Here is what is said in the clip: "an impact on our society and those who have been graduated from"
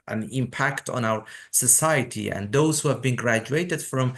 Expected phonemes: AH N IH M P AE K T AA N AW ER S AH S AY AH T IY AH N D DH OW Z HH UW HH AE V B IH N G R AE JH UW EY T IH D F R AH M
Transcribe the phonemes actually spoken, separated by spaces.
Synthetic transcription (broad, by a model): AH N IH M P AE K T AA N AW ER S AH S AY AH T IY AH N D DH OW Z HH UW HH AE V B IH N G R AE JH UW EY T IH D F R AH M